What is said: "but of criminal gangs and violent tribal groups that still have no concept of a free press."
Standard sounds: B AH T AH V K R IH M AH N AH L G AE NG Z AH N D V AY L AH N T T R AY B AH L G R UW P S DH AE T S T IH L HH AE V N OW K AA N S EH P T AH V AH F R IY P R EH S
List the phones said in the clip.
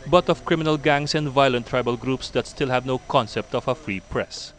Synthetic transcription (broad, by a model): B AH T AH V K R IH M AH N AH L G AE NG S AH N D V AY L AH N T T R AY B AH L G R UW P S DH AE T S T IH L HH AE V N OW K AA N S EH P T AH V AH F R IY P R EH S